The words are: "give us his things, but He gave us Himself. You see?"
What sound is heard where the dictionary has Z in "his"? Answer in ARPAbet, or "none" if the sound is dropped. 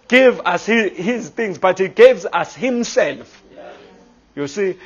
Z